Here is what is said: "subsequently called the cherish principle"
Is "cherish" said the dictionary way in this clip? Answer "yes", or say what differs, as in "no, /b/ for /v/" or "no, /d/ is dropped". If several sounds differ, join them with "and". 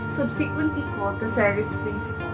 no, /s/ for /tʃ/ and /s/ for /ʃ/